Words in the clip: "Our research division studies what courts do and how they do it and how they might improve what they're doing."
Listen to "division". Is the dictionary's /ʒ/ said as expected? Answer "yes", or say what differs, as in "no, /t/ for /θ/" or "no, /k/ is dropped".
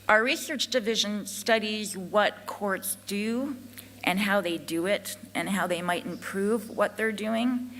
yes